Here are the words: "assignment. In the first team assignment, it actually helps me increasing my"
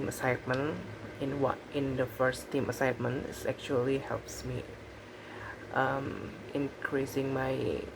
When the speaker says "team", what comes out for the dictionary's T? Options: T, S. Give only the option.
T